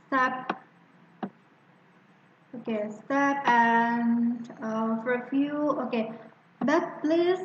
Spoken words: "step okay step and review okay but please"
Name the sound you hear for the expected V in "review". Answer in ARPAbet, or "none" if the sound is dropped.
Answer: F